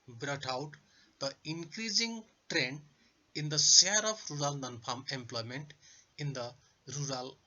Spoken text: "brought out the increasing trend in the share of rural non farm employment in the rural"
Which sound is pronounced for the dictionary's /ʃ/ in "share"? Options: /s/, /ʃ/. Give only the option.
/s/